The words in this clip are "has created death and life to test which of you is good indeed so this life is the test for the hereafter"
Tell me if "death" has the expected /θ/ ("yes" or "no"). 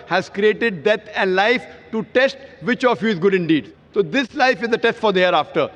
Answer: no